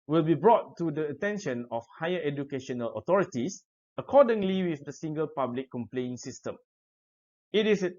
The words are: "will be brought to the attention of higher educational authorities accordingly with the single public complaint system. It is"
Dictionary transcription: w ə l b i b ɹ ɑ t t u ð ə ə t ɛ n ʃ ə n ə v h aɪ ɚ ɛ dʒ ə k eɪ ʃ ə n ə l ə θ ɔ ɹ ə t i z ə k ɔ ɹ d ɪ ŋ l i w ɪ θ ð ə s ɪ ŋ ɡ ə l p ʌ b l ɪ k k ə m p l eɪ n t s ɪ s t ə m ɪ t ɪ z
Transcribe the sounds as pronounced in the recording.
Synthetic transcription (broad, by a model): w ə l b i b ɹ ɑ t t u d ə ə t ɛ n ʃ ə n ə f h aɪ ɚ ɛ dʒ ə k eɪ ʃ ə n ə l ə t ɔ ɹ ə t i s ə k ɔ d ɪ ŋ l i w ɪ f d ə s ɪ ŋ ɡ ə l p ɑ b l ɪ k k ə m p l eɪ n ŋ s ɪ s t ə m ɪ t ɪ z